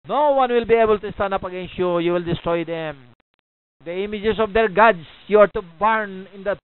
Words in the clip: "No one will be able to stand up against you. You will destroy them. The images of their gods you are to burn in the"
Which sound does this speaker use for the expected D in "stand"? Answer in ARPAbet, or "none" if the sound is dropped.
none